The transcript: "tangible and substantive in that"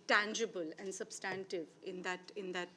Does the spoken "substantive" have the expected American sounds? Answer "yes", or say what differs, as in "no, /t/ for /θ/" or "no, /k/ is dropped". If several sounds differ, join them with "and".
yes